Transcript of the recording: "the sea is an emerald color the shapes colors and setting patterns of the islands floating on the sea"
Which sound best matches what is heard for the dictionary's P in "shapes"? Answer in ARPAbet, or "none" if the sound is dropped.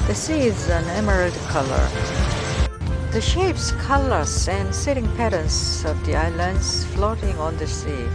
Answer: P